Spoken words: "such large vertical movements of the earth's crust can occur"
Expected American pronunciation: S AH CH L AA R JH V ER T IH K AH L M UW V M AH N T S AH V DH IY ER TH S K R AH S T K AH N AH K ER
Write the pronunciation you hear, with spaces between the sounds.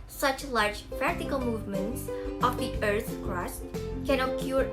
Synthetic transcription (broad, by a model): S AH CH L AA R JH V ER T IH K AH L M UW V M AH N T S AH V DH IY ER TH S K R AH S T K AH N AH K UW